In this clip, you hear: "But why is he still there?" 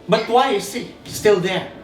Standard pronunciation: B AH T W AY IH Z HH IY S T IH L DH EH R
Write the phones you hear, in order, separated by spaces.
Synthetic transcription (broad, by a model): B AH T W AY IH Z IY S T IH L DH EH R